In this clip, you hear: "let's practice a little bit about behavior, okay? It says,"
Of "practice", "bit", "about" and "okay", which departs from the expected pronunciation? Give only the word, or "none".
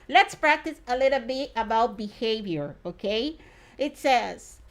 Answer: none